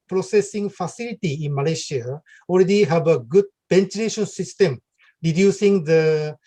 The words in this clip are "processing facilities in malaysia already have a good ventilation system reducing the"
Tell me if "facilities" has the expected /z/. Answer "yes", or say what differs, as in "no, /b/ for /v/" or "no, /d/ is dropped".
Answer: no, /z/ is dropped